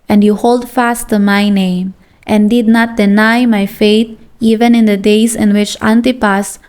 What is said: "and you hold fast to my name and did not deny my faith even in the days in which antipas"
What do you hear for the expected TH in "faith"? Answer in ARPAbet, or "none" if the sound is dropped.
T